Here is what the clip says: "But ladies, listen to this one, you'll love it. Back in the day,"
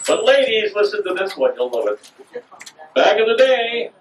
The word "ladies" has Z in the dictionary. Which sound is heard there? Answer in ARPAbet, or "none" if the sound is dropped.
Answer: Z